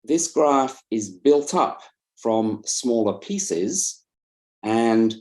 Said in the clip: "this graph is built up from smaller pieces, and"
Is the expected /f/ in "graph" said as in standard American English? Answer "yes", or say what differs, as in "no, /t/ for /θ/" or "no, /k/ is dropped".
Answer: yes